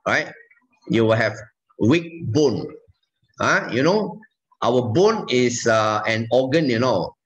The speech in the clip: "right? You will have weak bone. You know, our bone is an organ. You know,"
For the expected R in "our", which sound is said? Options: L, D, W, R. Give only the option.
W